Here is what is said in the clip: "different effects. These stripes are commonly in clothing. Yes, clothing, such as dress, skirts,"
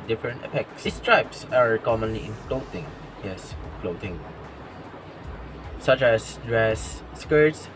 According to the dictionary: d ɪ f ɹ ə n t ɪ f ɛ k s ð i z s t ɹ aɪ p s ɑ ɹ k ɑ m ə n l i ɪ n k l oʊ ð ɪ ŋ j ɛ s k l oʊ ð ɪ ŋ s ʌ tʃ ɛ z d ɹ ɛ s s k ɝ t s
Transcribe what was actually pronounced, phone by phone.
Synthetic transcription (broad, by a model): d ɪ f ɹ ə n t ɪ p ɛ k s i s t ɹ aɪ p s ɑ ɹ k ɑ m ə n l i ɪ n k l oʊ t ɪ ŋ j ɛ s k l oʊ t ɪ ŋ s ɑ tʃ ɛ s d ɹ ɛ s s k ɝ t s